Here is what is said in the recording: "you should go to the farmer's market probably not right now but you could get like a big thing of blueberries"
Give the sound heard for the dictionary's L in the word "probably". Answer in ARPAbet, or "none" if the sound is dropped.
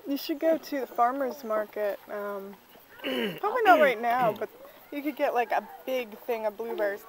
none